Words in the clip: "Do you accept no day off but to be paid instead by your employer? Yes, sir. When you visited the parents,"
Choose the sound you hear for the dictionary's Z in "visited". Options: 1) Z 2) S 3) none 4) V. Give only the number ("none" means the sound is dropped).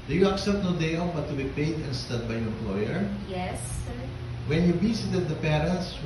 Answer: 2